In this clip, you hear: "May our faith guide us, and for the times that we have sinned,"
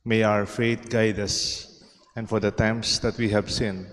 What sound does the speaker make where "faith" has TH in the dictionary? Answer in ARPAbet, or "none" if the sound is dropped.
T